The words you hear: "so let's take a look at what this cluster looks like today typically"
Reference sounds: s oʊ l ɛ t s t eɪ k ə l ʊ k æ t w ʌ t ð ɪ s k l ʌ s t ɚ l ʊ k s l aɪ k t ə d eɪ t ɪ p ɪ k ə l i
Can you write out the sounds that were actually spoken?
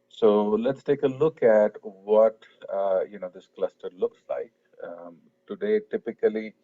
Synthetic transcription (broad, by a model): s oʊ l ɛ t s t eɪ k ə l ʊ k æ t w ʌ t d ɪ s k l ʌ s t ɚ l ʊ k s l aɪ k t ə d eɪ t ɪ p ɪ k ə l i